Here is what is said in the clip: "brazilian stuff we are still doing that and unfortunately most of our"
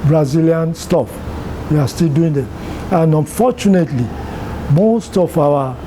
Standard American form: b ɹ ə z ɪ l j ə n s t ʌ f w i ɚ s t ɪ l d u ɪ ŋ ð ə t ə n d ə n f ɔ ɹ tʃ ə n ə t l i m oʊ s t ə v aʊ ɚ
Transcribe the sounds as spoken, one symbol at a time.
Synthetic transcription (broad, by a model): b ɹ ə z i l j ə n s t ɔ f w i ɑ s t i l d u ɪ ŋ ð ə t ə n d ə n f ɔ tʃ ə n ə t l i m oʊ s t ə f aʊ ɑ